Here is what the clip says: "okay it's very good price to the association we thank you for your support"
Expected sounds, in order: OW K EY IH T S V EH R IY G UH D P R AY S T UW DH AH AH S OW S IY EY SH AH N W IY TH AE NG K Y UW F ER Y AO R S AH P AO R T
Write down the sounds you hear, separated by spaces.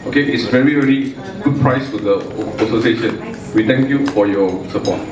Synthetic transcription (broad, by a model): OW K EY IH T S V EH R IY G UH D P R AY S T UW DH AH AH S OW S IY EY SH AH N W IY T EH NG K Y UW F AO Y AO S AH P AO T